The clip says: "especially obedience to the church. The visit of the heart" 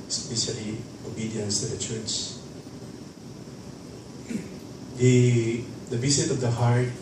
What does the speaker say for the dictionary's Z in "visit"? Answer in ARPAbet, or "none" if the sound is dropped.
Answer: S